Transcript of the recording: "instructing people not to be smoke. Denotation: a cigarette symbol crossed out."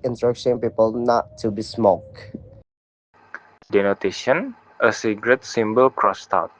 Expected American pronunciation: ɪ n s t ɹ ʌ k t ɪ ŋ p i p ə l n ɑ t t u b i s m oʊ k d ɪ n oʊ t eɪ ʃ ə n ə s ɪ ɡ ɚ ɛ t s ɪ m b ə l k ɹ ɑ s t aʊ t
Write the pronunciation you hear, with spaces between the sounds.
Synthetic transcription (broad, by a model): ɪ n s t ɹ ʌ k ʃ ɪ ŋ p i p ə l n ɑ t t u b i s m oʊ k d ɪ n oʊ t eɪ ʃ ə n ə s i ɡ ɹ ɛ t s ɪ m b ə l k ɹ ɑ s t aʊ t